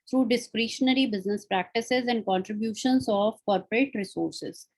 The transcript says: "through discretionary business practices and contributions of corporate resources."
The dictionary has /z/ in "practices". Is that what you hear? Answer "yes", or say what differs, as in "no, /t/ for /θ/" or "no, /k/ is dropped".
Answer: yes